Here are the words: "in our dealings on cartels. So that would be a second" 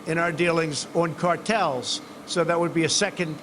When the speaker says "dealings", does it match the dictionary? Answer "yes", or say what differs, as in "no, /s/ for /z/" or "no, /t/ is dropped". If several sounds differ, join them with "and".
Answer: yes